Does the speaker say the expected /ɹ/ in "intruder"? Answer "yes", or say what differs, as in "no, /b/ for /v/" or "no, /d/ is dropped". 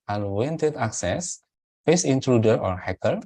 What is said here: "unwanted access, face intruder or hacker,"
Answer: yes